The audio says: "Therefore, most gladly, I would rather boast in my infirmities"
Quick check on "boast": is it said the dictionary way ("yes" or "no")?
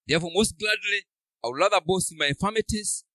no